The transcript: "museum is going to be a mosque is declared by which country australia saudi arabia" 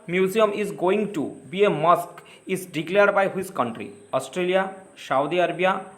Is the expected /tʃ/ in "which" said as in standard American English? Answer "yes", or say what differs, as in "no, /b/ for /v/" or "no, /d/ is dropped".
no, /s/ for /tʃ/